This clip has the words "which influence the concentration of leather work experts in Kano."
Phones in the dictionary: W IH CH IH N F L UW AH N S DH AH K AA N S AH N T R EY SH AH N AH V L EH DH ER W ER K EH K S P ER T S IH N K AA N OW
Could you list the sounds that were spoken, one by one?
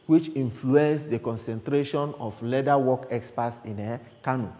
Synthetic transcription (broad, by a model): W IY CH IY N F L UW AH N S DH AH K AA N S AH N T R EY SH AH N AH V L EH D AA W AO K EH K S P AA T S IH N K AA N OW